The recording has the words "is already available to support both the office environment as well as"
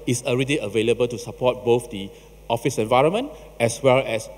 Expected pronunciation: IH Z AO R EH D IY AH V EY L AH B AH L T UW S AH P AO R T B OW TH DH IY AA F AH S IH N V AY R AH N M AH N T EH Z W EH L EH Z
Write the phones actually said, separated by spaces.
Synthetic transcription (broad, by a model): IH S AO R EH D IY AH V EY L AH B AH L T UW S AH P AO T B OW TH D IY AA F AH S IH N V AY R AH N M AH N T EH S W EH L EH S